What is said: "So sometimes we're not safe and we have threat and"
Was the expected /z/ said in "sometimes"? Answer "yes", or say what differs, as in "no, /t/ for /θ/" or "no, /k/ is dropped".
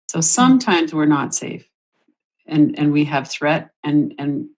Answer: yes